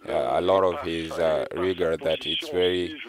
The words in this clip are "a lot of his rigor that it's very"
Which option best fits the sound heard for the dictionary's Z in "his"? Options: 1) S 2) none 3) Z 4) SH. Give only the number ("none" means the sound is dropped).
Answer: 3